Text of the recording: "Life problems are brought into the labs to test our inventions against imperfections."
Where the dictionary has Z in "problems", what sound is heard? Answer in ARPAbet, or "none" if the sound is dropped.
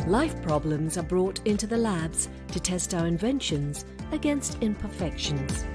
Z